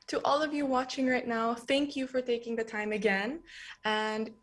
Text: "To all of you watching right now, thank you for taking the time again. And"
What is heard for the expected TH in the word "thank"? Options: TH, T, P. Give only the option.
TH